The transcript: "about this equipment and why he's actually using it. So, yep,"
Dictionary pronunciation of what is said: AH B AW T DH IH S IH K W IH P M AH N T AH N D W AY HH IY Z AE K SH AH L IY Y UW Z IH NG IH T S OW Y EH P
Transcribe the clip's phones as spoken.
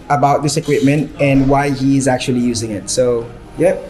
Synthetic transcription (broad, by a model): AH B AW T DH IH S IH K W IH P M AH N T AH N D W AY HH IY Z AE K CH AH L IY Y UW Z IH NG IH T S OW Y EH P